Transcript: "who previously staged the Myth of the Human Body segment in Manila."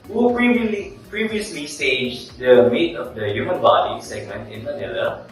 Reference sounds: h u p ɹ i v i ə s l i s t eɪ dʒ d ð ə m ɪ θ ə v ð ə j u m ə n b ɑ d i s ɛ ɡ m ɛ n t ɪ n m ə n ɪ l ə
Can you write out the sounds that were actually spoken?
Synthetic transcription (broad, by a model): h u p ɹ i v i ə s l i s t eɪ dʒ d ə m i t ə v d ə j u m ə n b ɑ d i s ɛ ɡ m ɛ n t ɪ n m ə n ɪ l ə